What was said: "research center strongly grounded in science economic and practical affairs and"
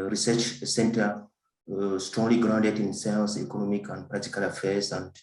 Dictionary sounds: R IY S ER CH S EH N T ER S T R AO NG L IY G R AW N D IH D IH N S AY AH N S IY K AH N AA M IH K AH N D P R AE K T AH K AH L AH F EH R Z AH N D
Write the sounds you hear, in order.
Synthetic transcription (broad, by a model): R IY S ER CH S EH N T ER S T R AO NG L IY G R AW N D IH D IH N S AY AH L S IY K AH N AA M IH K AH N D P R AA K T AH K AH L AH F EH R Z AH N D